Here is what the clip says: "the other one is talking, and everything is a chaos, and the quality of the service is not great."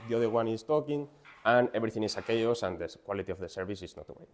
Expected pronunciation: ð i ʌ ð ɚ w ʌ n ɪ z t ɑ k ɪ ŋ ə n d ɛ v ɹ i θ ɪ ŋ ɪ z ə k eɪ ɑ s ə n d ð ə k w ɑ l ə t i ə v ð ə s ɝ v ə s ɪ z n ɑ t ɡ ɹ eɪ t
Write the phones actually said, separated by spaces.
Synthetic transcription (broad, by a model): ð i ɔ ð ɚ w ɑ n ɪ s t ɑ k ɪ ŋ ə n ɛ b ɹ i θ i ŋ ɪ s ə k eɪ ɑ s ə n d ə k w ɑ l ə t i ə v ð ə s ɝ b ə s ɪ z n ɑ t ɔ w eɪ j